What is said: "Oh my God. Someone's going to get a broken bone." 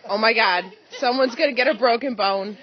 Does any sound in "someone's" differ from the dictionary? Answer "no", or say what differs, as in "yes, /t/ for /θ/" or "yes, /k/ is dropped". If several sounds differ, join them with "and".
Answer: no